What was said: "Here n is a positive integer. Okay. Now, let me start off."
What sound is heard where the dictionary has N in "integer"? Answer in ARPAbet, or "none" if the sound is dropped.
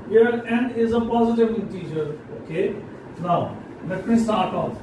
none